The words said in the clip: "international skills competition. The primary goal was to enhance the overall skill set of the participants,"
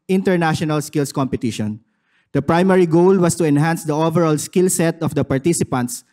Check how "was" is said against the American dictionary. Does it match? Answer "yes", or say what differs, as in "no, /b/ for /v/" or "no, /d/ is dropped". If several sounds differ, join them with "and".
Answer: no, /s/ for /z/